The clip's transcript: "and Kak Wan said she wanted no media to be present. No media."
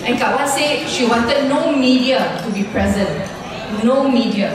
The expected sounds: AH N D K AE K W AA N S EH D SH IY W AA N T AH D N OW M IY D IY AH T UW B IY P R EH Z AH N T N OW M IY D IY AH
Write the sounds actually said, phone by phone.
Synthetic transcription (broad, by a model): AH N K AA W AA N S EH D SH IY W AA N T AH D N OW M IY D IY AH T UW B IY P R EH Z AH N T N OW M IY D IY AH